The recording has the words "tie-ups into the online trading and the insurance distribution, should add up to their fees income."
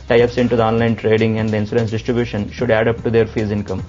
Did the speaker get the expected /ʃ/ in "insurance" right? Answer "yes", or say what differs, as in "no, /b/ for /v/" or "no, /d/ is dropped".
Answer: no, /s/ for /ʃ/